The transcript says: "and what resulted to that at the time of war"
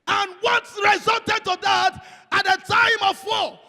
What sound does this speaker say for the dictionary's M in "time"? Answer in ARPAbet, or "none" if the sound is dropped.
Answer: M